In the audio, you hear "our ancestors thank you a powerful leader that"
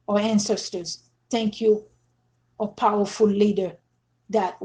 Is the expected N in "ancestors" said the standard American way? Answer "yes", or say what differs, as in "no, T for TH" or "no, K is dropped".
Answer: yes